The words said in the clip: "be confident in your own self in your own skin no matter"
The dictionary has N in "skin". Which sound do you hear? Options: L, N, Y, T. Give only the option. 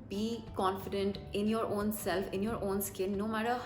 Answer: L